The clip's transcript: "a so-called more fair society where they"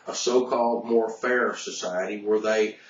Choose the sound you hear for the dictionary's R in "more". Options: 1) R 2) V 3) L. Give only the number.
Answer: 1